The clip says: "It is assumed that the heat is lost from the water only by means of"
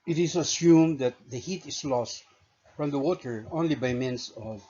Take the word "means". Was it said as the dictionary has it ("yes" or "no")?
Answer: no